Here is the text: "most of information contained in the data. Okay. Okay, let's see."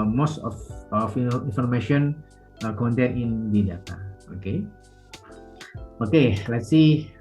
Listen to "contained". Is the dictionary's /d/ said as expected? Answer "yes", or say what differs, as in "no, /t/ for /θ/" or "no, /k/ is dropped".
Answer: no, /d/ is dropped